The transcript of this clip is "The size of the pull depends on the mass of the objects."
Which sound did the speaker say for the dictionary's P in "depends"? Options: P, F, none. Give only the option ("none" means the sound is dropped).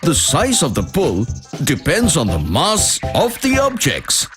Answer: P